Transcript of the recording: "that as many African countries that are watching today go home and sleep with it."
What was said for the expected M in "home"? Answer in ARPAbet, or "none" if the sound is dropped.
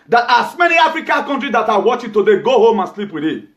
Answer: M